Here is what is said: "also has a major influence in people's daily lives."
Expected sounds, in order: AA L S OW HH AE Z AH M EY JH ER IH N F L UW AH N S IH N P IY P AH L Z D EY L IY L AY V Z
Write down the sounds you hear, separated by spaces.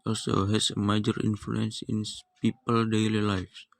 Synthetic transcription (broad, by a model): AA L S OW HH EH S AH M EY JH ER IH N F L UW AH N S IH N P IY P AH L D EY L IY L AY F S